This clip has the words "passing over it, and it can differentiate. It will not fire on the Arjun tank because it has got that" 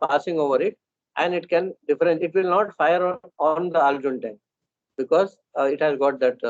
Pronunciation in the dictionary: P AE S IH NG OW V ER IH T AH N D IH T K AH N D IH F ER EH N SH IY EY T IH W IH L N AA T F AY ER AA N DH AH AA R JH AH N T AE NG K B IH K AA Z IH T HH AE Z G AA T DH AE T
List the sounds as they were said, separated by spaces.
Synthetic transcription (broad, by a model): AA S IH NG OW V ER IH T AH N D IH T K AH N D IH F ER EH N IY T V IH L N AA T F AY ER AA N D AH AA L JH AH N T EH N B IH K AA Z IH T HH AE Z G AA T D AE T